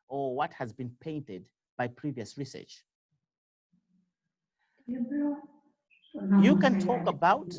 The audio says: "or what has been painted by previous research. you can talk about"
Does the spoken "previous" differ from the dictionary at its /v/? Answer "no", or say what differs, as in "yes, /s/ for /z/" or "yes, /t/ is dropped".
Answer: no